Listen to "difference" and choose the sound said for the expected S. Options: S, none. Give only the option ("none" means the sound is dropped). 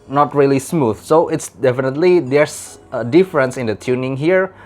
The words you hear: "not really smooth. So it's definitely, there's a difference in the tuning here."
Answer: S